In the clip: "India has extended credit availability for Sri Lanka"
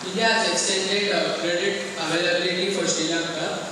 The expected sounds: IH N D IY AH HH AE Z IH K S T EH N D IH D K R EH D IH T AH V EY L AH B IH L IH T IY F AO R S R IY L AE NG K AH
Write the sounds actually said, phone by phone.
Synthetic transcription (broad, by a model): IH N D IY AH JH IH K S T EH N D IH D K R EH D IH T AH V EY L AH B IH L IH T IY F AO R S IY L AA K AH